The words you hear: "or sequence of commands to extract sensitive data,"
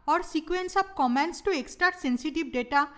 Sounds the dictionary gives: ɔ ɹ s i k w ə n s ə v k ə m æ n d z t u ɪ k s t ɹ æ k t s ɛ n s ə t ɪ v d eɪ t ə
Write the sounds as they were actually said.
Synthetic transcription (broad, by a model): ɔ ɹ s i k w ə n s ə b k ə m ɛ n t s t u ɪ k s t ɹ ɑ t s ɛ n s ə t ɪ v d eɪ t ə